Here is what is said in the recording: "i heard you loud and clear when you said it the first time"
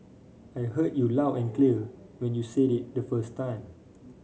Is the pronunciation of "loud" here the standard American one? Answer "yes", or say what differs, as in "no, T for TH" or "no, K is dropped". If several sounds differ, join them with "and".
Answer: no, D is dropped